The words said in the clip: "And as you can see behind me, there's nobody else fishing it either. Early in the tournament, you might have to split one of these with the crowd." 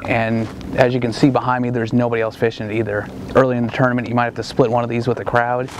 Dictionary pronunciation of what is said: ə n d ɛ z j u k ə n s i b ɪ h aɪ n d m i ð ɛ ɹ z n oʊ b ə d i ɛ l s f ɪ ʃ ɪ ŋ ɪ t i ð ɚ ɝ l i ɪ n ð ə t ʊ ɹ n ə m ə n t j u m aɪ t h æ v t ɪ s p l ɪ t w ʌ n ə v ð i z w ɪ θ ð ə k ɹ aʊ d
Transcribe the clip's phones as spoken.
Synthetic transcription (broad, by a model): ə n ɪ z j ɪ k ə n s i b ɪ h aɪ n d m i ð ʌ ɹ z n oʊ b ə d i ɛ l s f ɪ ʃ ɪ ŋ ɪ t i ð ɚ ɝ l i ɪ n ð ə t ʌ ɹ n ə m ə n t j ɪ m aɪ t h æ f t ɪ s p l ɪ t w ʌ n ə v ð i z w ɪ ð ə k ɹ aʊ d